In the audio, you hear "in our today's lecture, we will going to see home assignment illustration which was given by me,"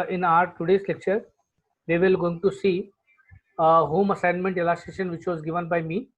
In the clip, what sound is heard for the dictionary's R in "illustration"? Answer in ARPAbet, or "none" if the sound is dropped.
none